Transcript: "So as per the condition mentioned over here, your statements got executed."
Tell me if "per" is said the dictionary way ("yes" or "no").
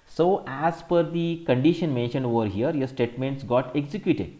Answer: no